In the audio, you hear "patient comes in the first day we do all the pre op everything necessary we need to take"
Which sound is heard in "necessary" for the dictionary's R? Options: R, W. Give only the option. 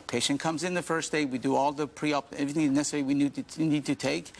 W